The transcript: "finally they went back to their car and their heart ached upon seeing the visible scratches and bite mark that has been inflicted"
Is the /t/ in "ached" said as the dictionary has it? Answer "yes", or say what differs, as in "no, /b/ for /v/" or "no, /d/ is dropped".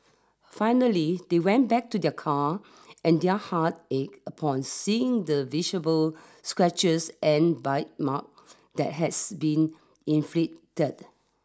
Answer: no, /t/ is dropped